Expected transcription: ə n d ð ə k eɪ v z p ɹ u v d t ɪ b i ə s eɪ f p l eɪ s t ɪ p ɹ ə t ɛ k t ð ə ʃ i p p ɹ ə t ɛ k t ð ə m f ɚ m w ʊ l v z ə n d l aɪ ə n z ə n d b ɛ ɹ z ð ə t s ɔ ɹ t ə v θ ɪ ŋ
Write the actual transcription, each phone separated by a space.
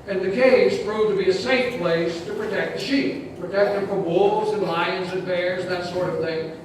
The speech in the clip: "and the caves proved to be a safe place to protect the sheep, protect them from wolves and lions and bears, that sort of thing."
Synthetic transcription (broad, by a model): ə n ð ə k eɪ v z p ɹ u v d t ɪ b i ə s eɪ f p l eɪ s t ɪ p ɹ ə t ɛ k t ð ə ʃ i p p ɹ ə t ɛ k t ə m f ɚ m w ʊ l v z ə n l aɪ ə n z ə n b ɛ ɹ z ð ə t s ɔ ɹ t ə v θ ɪ ŋ